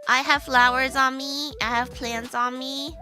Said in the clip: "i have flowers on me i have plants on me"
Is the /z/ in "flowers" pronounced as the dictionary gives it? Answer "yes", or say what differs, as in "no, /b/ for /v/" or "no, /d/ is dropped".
yes